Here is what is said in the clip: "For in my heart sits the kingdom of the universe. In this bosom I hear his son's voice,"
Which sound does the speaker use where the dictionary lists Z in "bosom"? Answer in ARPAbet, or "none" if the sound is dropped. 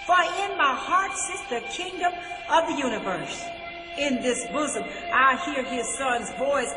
Z